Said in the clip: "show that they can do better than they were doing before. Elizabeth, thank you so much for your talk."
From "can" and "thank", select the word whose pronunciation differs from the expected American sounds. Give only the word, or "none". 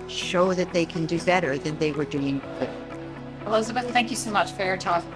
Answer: none